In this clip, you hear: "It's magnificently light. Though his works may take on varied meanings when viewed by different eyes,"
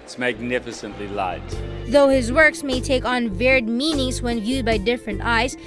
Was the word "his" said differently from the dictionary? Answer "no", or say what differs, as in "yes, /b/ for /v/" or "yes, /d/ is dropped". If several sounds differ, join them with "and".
no